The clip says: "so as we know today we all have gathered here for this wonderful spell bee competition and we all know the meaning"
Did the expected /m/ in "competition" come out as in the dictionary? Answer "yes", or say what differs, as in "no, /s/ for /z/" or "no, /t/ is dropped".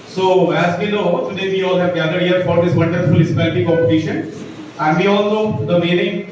no, /m/ is dropped